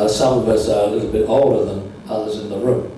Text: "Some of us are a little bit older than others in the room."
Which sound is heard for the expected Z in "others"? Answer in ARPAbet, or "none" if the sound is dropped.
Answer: Z